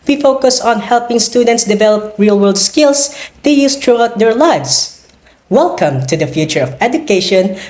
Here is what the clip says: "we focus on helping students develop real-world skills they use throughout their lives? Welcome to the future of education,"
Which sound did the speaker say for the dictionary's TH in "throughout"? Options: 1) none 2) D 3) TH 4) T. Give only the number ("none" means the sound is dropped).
4